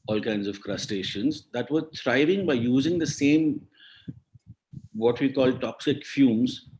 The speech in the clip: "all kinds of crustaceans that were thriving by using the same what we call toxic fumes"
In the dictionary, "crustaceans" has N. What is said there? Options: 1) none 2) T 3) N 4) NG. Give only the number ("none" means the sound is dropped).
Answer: 3